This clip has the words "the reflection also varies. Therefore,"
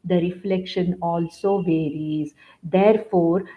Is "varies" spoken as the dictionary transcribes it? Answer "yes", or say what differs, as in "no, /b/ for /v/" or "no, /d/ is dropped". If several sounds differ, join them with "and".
yes